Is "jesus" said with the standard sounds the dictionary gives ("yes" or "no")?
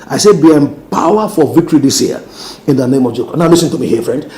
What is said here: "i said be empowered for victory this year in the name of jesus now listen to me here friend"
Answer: no